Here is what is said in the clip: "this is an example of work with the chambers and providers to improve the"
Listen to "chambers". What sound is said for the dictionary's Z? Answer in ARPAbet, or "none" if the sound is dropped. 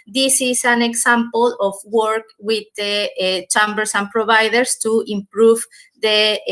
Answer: S